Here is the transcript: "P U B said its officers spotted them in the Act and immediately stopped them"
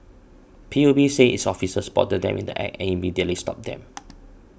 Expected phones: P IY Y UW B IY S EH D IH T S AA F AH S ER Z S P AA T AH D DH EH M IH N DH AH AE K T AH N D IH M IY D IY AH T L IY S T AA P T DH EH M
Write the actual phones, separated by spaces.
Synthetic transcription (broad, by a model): P IY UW B IY S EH IH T S AA F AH S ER S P AA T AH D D EH M IH N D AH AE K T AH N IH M IY D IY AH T L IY S T AA P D EH M